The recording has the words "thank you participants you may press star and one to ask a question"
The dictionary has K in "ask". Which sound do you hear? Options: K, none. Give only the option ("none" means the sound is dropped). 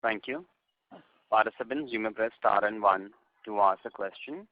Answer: none